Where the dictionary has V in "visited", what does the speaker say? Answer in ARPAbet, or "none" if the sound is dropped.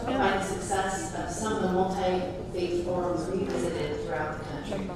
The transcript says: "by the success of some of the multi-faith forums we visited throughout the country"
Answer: V